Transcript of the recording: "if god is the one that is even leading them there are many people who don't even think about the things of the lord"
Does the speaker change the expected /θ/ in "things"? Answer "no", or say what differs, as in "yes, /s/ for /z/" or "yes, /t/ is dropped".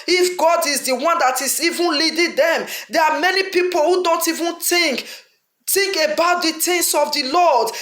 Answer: yes, /t/ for /θ/